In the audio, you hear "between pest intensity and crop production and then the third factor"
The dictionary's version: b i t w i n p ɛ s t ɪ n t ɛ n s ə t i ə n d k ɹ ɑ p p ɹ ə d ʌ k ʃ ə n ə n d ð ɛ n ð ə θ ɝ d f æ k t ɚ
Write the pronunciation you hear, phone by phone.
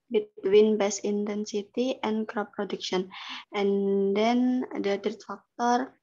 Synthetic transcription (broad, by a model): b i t w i n b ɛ s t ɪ n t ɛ n s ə t i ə n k ɹ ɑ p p ɹ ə d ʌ k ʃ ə n ə n d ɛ n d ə t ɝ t f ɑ k t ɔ